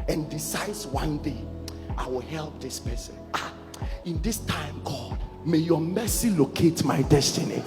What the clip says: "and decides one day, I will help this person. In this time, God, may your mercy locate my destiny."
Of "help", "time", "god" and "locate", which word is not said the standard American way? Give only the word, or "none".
none